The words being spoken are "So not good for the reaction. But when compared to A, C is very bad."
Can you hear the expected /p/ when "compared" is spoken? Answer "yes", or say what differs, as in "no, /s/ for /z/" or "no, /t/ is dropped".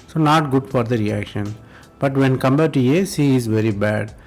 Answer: no, /b/ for /p/